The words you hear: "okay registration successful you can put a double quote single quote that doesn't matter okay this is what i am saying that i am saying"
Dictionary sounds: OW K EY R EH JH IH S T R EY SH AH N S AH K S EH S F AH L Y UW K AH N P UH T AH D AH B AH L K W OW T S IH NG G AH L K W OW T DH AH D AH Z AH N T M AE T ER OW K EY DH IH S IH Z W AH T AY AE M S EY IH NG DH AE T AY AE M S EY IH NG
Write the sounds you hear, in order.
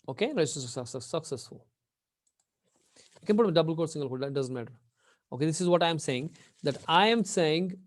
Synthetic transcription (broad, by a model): OW K EY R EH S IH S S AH S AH S AH K S EH S F AH L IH K AH N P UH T AH D AH B AH L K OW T S IH NG G AH L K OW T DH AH D AH Z AH N T M AE T ER OW K EY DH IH S IH Z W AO T AY M S EY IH NG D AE T AY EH M S EY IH NG